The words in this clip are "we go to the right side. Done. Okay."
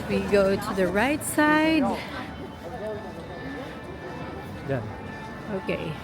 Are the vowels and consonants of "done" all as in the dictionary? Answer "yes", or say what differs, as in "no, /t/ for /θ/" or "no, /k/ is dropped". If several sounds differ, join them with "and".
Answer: no, /n/ is dropped